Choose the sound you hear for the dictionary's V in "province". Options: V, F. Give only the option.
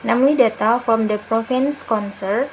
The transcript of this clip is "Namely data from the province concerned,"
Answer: F